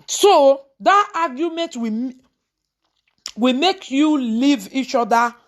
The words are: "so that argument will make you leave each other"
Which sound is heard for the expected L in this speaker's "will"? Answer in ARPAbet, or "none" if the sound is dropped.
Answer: W